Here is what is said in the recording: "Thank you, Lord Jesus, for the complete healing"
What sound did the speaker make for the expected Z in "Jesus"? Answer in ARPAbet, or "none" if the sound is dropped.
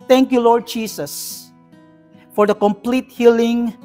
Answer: S